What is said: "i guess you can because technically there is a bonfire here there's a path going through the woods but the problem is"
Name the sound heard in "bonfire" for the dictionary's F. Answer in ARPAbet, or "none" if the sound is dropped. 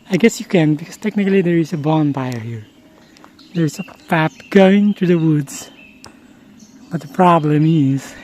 P